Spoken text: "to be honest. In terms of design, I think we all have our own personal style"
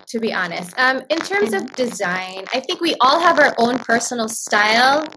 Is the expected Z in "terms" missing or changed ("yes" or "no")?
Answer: no